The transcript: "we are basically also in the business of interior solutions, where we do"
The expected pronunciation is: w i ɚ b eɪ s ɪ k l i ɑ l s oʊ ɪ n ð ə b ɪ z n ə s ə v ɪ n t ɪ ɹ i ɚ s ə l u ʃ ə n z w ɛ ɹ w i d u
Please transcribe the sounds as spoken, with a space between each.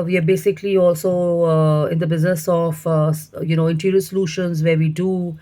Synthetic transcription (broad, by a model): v i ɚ b eɪ s ɪ k l i ɑ l s oʊ ɪ n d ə b ɪ z n ə s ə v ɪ n t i ɹ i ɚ s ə l u ʃ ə n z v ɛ ɹ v i d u